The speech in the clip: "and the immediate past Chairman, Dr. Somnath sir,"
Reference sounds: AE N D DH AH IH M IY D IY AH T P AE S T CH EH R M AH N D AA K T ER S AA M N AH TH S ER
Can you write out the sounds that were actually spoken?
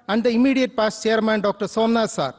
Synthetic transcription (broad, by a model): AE N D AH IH M IY D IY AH T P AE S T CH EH R M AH N D AA K T ER S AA M N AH S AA